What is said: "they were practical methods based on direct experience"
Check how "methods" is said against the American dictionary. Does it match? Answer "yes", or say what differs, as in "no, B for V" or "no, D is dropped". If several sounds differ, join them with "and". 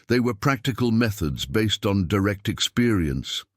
yes